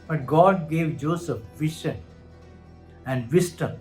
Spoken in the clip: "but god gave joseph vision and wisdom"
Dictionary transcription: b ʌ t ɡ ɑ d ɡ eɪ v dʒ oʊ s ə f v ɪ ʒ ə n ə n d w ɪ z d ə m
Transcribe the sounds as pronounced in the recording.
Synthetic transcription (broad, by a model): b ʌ t ɡ ɑ d ɡ eɪ v dʒ oʊ s ə f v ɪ ʃ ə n ə n d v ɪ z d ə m